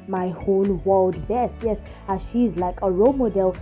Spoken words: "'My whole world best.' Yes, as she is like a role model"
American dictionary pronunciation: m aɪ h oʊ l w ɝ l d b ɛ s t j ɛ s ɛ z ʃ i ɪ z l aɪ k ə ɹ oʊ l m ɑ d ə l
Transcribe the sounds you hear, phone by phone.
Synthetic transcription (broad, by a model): m aɪ h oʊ n w ɝ l d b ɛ s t j ɛ s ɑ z ʃ i z l aɪ k ə ɹ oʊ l m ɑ d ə l